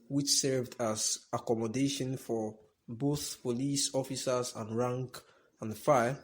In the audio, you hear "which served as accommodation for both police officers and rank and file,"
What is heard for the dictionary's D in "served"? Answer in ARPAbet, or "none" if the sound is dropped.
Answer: D